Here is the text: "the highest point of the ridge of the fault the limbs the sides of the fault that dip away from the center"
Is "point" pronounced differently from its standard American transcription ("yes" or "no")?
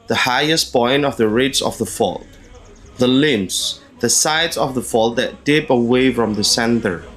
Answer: yes